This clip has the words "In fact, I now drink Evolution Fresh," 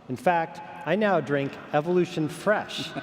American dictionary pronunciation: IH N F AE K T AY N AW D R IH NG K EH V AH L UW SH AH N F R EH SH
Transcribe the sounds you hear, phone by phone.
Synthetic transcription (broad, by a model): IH N F AE K T AY N AW D R IH NG K EH V AH L UW SH AH N F R EH SH